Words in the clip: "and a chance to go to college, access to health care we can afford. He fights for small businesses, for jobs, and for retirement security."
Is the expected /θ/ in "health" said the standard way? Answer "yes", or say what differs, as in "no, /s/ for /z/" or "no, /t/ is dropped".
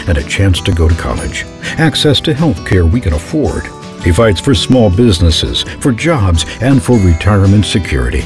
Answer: yes